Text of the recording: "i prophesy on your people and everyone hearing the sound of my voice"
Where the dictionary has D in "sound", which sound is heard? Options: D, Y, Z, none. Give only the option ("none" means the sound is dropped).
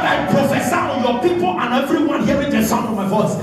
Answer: none